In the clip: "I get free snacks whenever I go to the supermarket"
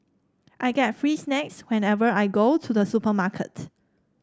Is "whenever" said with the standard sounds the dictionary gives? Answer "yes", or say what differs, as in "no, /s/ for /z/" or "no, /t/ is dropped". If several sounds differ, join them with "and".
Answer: yes